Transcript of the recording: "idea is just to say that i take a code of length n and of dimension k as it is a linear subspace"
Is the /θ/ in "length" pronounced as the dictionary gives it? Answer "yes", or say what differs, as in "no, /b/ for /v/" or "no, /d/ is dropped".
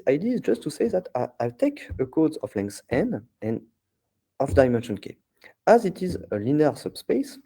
no, /s/ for /θ/